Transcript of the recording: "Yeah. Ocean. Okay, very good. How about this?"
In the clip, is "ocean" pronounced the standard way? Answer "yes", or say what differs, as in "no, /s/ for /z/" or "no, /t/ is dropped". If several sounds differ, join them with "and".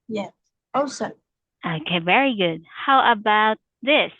no, /s/ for /ʃ/ and /n/ is dropped